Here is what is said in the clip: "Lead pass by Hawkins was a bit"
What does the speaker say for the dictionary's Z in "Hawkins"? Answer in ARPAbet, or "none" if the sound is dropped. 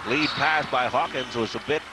Z